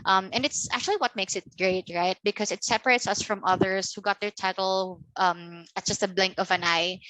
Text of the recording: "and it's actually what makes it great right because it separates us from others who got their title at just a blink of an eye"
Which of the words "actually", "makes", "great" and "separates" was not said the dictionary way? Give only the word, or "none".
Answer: none